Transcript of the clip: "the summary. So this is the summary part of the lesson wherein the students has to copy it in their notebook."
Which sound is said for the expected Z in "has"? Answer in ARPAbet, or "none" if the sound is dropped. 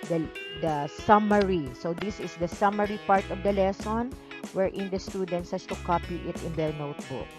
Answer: S